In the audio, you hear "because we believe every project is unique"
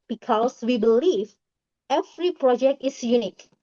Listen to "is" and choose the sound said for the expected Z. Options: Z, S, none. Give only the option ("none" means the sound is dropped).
S